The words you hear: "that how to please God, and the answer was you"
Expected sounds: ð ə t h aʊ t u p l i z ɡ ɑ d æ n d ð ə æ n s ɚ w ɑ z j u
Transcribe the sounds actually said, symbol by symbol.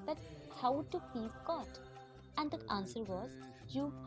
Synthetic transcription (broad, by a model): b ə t h aʊ t u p i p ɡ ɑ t æ n d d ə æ n s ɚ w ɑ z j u